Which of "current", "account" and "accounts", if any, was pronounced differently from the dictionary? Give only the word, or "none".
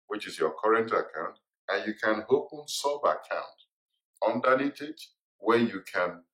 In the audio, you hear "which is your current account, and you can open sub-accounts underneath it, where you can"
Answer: accounts